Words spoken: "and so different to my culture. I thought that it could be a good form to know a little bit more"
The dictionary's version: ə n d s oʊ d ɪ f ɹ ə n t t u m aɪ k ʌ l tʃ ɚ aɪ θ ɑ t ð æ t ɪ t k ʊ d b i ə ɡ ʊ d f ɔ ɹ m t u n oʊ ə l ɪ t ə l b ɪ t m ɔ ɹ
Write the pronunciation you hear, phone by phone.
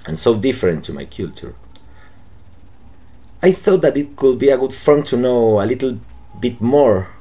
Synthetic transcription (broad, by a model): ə n s oʊ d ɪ f ɹ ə n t t u m aɪ k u l tʃ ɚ aɪ θ ɑ t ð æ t ɪ t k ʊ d b i ə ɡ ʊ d f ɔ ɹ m t u n oʊ ə l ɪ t l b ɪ t m ɔ ɹ